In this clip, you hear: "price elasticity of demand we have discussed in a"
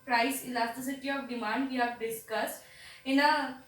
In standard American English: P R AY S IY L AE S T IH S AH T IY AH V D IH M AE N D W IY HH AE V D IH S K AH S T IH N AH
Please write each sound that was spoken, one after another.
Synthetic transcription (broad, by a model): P R AY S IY L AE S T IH S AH T IY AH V D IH M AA N D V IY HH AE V D IH S K AH S T IH N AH